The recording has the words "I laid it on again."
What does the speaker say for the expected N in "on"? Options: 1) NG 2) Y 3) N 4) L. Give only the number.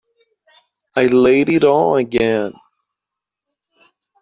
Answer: 4